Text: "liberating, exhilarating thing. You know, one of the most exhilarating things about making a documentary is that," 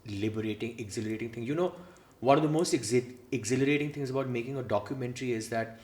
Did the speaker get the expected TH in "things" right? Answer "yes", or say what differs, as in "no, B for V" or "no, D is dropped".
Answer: no, T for TH